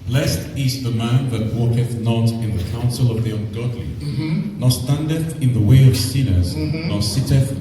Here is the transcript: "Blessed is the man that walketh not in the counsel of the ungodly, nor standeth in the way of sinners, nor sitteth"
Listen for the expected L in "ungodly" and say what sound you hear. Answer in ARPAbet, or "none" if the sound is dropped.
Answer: L